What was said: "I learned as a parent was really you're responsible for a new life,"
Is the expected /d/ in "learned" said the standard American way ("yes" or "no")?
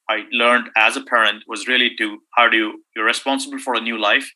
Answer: yes